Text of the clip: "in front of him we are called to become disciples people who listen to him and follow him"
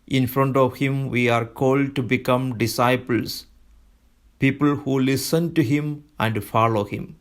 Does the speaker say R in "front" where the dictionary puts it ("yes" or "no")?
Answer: yes